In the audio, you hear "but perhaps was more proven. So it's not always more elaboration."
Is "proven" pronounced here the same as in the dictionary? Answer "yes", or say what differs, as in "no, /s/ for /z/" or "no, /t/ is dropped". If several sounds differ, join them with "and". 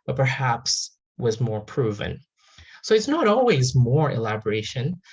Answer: yes